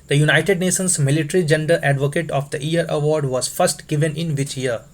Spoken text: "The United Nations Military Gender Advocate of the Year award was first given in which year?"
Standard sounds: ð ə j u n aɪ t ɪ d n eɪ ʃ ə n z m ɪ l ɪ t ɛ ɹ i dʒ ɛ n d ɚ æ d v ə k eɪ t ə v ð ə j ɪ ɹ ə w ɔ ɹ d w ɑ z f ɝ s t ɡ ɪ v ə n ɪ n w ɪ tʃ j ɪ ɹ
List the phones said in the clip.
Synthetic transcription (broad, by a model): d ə j u n aɪ t ɪ d n eɪ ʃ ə n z m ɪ l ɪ t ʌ ɹ i dʒ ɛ n d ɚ æ d v ə k eɪ t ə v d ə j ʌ ɹ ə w ɔ ɹ d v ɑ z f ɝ s t ɡ ɪ v ə n ɪ n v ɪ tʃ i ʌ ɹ